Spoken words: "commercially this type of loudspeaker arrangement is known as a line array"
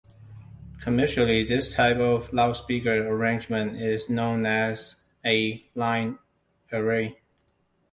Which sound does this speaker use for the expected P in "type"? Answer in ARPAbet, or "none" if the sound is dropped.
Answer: P